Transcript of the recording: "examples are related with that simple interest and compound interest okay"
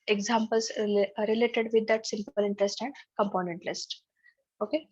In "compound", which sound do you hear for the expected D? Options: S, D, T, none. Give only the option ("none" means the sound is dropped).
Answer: none